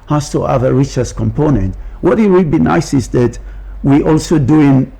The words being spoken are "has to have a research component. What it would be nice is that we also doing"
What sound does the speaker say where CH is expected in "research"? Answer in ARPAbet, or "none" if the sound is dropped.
S